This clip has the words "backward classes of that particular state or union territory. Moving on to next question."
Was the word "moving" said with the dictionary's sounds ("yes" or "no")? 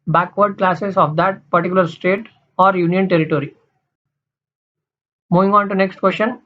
yes